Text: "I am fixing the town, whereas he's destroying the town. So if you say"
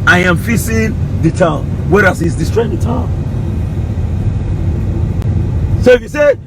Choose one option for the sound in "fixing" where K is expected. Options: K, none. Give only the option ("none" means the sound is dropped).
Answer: none